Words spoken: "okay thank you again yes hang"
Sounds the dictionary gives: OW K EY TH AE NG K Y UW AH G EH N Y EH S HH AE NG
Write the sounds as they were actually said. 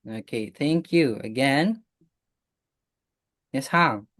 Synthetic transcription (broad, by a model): OW K EY TH AE NG K Y UW AH G EH N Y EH S HH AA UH